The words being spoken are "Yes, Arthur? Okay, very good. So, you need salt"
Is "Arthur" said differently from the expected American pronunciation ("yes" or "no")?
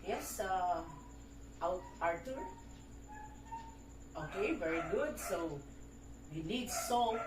yes